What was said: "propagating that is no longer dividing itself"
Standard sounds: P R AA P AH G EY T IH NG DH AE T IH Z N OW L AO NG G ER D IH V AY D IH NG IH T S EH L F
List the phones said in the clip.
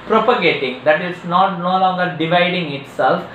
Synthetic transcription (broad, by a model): P R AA P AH G EY T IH NG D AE T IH S N OW L AO NG G ER D IH V AY D IH NG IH T S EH L F